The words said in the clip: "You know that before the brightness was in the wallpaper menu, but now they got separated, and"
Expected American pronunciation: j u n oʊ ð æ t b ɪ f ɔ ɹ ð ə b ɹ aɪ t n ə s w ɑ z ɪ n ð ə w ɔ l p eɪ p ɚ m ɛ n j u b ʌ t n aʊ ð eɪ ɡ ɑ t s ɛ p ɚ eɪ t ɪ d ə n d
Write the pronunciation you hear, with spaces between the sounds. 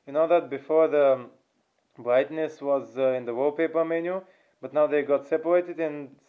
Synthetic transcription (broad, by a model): j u n oʊ ð æ t b ɪ f ɔ ɹ ð ə b ɹ aɪ t n ə s w ɑ z ɪ n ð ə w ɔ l p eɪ p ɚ m ɛ n j u b ʌ t n aʊ ð eɪ ɡ ɑ t s ɛ p ɚ eɪ t ɪ d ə n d